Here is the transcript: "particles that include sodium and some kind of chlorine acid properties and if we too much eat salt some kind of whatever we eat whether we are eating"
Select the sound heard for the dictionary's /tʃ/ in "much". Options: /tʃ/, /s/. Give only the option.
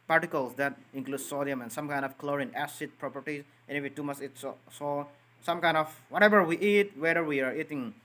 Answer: /s/